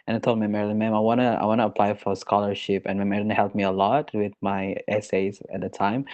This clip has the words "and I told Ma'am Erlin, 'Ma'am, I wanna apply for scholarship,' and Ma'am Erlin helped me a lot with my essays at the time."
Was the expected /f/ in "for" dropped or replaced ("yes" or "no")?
no